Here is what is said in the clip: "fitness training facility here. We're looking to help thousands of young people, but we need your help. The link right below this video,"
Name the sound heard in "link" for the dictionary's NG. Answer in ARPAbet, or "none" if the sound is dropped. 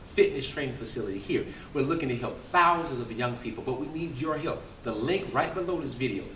NG